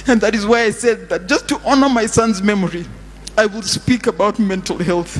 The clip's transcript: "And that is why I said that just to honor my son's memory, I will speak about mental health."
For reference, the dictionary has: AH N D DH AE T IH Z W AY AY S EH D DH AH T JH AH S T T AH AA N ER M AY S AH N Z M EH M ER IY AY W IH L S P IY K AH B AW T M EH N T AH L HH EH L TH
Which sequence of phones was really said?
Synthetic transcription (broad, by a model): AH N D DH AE T IH Z W AY AY S EH D DH AH T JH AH S T T AA N ER M AY S AH N Z M EH M ER IY AY W IH L S P IY K AH B AW T M EH N T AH L HH EH L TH